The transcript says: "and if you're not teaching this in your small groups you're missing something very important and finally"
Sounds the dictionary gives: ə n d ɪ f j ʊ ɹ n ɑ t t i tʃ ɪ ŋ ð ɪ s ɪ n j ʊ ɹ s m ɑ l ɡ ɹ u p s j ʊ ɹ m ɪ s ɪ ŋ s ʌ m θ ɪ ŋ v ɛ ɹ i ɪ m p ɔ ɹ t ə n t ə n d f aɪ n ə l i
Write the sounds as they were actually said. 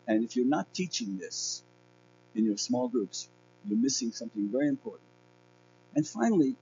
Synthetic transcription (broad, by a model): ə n ɪ f j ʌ ɹ n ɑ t t i tʃ ɪ ŋ ð ɪ s ɪ n j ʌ ɹ s m ɑ l ɡ ɹ u p s j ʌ ɹ m ɪ s ɪ ŋ s ʌ m θ ɪ ŋ v ɛ ɹ i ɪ m p ɔ ɹ t n t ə n f aɪ n l i